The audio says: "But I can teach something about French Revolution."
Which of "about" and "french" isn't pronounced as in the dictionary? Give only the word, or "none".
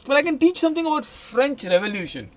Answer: none